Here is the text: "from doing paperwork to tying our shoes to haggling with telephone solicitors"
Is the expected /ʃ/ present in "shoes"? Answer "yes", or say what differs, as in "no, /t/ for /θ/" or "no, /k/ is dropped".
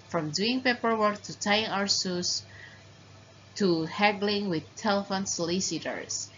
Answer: no, /s/ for /ʃ/